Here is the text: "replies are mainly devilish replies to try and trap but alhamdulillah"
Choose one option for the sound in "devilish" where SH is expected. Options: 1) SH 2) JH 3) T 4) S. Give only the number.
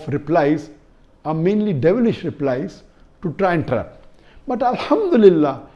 1